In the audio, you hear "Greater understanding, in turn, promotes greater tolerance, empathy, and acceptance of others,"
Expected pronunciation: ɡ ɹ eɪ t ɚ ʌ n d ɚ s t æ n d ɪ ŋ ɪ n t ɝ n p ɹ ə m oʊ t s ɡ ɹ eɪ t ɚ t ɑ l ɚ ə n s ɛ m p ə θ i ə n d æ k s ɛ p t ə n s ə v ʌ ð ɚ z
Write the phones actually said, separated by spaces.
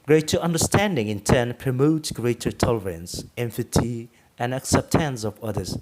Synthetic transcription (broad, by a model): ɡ ɹ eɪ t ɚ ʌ n d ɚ s t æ n d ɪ ŋ ɪ n t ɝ n p ɹ ə m oʊ t s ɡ ɹ eɪ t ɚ t ɑ l ɚ ə n s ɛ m f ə t i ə n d æ k s ɛ p t ə n s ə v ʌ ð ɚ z